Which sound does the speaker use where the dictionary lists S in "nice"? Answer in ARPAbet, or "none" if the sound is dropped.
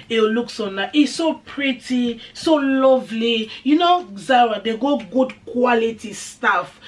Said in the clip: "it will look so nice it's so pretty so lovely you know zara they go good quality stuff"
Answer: none